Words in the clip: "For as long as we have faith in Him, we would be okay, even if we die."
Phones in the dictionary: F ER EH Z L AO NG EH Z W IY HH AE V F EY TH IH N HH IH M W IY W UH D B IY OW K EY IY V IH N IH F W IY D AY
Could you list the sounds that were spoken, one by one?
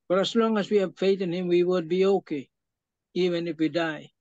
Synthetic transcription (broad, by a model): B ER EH S L AO NG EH S W IY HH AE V F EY T IH N HH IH M W IY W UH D B IY OW K EY IY V IH N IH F W IY D AY